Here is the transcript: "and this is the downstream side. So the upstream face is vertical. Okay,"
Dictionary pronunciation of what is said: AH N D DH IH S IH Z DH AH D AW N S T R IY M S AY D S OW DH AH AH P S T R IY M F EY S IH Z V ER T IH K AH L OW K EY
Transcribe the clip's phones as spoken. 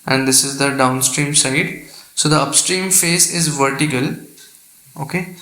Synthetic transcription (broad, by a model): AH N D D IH S IH Z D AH D AW N S T R IY M S AY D S OW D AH AH P S T R IY M F EY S IH Z V ER T IH K AH L OW K EY